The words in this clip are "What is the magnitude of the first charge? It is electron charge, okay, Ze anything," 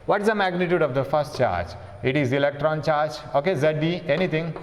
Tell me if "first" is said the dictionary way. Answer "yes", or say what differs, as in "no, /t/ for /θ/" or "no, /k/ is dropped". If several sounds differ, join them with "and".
yes